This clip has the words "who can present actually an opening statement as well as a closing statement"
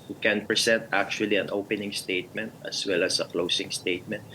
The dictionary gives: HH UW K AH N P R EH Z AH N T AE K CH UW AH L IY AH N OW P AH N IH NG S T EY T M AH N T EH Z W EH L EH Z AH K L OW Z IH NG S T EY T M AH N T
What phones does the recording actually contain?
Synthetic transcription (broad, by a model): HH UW K AH N P R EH S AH N T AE K CH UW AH L IY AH N OW P AH N IH NG S T EY T M AH N T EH S W EH L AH S AH K L OW S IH NG S T EY T M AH N T